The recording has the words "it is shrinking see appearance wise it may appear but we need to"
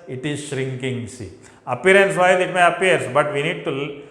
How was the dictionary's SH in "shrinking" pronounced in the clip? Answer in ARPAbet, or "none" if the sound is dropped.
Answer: SH